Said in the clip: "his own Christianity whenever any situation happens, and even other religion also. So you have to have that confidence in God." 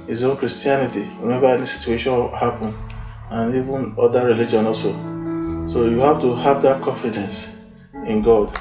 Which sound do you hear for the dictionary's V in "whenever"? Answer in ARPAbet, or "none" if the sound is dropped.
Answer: B